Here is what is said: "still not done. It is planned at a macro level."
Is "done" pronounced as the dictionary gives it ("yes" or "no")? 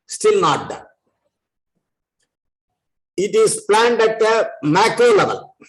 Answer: no